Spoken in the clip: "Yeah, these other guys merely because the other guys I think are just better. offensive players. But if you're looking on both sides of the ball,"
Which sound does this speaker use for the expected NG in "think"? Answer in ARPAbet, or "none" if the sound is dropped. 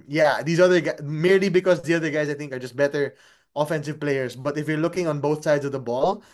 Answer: NG